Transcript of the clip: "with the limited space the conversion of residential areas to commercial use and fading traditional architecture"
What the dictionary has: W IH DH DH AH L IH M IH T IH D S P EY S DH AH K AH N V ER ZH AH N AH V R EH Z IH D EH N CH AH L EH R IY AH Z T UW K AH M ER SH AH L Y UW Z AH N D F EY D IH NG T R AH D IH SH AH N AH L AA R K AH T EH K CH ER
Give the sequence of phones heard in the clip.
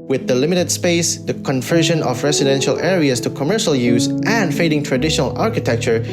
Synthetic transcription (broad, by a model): W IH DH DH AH L IH M IH T IH D S P EY S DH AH K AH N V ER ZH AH N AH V R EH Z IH D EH N SH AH L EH R IY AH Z T UW K AH M ER SH AH L Y UW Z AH N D F EY D IH NG T R AH D IH SH AH N AH L AA R K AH T EH K CH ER